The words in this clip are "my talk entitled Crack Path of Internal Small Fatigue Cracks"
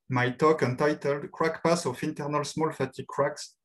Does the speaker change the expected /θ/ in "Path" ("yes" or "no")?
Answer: yes